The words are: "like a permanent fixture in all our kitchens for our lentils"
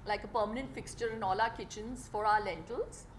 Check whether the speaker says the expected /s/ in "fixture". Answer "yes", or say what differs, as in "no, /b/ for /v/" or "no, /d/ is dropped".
yes